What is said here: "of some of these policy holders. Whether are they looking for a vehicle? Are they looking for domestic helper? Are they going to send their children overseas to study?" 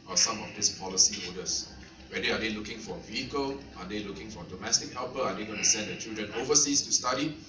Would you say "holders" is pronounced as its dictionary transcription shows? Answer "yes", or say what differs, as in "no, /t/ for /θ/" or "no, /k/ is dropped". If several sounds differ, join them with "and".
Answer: no, /l/ is dropped and /s/ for /z/